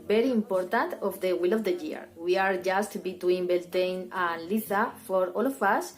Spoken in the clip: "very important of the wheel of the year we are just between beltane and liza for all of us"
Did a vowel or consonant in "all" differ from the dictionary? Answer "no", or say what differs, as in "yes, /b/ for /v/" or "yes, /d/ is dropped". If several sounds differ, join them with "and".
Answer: no